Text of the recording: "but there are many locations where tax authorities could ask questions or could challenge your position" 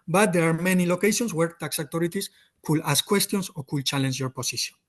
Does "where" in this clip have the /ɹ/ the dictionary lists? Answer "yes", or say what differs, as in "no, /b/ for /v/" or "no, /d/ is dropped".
yes